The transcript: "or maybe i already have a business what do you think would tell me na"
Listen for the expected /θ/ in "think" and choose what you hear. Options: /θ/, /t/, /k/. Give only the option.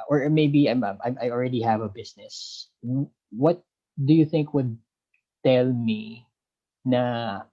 /θ/